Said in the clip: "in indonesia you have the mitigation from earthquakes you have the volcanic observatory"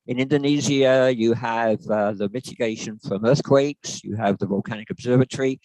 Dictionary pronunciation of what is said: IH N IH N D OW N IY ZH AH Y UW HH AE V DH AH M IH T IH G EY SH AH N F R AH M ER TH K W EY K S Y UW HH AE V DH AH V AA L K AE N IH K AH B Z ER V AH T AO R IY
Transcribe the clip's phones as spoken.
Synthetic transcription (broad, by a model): IH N IH N D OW N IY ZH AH Y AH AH V DH AH M IH T IH G EY SH AH N F R AH M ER TH K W EY K S Y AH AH V DH AH V AA L K AE N IH K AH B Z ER V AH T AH R IY